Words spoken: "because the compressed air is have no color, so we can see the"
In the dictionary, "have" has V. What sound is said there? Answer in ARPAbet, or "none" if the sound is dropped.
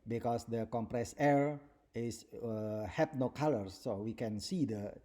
P